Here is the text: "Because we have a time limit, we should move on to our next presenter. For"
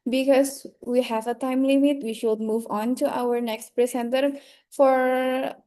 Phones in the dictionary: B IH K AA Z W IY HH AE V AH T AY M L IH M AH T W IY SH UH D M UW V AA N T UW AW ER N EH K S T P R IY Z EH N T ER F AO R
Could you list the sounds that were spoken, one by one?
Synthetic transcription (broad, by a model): B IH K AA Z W IY HH AE V AH T AY M L IH M AH T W IY SH UH D M UW V AA N T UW AW ER N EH K S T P R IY S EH N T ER F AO R